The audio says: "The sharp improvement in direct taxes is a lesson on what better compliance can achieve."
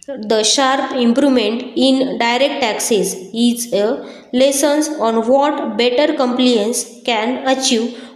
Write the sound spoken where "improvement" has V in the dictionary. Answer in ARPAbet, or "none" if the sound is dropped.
none